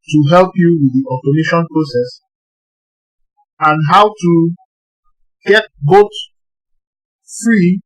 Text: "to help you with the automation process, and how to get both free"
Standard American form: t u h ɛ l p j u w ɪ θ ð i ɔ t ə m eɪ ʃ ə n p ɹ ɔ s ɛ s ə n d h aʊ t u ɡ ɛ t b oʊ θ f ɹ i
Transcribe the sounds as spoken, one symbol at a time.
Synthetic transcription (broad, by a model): t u h ɛ l p j u w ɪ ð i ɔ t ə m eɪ ʃ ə n p ɹ ɔ s ɛ s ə n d h aʊ t u ɡ ɛ t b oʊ t f ɹ i